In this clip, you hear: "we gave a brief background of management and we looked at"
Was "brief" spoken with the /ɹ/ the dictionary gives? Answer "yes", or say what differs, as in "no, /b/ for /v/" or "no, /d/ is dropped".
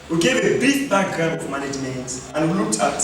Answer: no, /ɹ/ is dropped